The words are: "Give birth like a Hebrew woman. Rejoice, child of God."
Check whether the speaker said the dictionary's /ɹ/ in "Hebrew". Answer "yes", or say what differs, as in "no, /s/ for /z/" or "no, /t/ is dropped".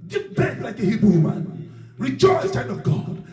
no, /ɹ/ is dropped